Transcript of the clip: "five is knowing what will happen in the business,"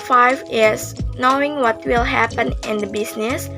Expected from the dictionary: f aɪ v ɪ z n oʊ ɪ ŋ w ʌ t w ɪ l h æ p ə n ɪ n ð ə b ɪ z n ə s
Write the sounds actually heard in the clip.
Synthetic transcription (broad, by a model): f aɪ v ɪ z n oʊ ɪ ŋ w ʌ t w ɪ l h æ p ə n ɪ n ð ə b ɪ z n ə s